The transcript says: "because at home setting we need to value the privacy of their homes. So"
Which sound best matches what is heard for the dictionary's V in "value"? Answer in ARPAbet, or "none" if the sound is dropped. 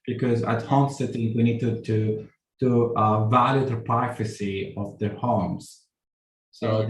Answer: V